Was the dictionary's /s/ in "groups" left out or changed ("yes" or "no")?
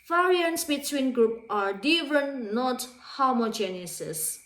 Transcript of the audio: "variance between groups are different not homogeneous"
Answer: yes